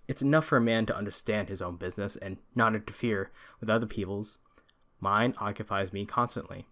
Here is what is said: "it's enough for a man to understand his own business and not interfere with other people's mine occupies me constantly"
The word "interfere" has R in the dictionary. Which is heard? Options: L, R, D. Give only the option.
R